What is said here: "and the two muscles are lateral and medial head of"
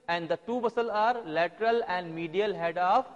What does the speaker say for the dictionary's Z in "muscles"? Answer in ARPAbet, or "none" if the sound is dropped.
none